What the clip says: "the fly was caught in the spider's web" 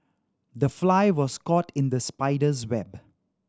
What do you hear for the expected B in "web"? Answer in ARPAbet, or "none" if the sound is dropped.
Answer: B